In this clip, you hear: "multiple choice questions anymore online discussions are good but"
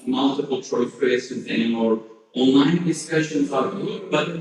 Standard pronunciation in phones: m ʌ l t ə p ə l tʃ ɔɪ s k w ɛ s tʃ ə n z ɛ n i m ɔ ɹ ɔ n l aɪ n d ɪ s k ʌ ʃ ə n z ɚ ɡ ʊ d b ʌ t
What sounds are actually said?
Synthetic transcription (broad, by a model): m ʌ l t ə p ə l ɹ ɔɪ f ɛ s ə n ɛ n i m ɔ ɹ ɔ n l aɪ n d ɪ s k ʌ ʃ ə n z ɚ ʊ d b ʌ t